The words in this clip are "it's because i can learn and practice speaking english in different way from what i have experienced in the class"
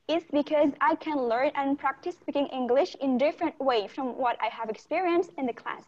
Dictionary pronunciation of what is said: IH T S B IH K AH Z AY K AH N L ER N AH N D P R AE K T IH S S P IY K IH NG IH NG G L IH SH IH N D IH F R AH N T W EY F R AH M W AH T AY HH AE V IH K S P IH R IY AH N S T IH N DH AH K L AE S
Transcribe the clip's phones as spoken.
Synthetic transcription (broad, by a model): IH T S B IH K AH Z AY K AH N L ER N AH N P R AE K T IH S S P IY K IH NG IH NG G L IH SH IH N D IH F R AH N T W EY F R AH M W AH T AY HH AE V IH K S P IH R IY AH N S T IH N DH AH K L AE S